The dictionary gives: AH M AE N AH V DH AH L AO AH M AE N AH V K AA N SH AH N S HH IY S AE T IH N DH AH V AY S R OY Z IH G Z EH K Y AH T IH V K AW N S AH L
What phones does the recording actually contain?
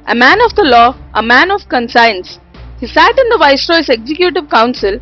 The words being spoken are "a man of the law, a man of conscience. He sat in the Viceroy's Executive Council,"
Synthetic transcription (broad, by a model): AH M AE N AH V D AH L AO AH M AE N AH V K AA N S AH N S HH IY S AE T IH N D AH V AY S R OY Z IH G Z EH K Y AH T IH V K AW N S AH L